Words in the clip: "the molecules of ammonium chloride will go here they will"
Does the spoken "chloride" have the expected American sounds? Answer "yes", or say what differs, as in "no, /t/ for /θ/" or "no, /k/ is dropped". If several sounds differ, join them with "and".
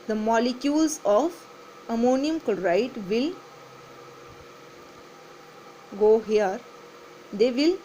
no, /l/ is dropped